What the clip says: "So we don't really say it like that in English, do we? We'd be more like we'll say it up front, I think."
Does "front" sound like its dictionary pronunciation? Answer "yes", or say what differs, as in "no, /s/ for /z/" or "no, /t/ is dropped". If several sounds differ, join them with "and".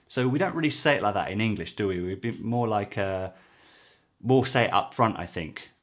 yes